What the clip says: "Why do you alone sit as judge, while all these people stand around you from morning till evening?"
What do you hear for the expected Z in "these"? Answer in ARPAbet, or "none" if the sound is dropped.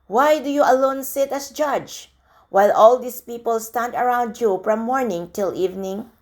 S